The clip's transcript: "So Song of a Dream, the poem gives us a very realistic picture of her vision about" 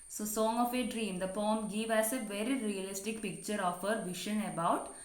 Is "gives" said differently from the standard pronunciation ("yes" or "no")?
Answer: yes